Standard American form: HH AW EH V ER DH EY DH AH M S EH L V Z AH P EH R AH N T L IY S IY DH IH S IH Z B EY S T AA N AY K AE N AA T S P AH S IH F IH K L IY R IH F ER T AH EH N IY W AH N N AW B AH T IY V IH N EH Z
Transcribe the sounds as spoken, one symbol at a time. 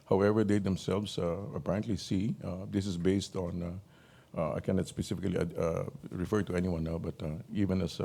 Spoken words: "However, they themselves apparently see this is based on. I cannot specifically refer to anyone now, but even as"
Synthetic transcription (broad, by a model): HH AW EH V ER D EY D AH M S EH L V S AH P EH R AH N T L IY S IY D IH S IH S B EY S T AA N AY K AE N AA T S P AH S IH F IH K L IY R IH F ER T AH EH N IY W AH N N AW B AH T IY V IH N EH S